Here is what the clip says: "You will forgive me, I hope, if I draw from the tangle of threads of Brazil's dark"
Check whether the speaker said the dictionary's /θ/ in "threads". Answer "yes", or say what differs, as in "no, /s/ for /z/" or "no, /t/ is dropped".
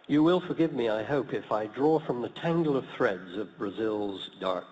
yes